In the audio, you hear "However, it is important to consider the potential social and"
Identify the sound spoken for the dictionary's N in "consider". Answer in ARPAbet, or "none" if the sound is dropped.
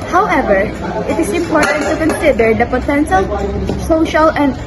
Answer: N